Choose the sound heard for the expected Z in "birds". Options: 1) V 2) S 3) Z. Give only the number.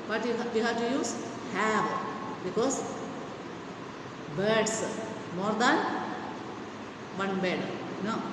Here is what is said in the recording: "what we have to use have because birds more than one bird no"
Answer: 2